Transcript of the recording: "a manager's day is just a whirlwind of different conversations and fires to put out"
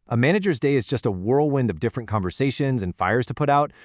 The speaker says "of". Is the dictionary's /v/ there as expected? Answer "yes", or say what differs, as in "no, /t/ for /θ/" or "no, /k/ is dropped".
yes